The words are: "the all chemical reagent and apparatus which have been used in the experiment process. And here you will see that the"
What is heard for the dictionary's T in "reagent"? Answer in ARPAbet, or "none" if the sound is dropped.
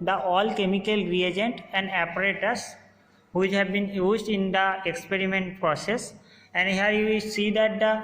T